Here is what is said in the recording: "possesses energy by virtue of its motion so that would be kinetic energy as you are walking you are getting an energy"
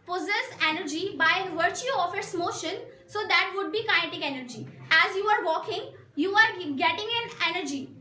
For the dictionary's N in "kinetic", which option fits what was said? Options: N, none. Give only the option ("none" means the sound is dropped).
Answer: none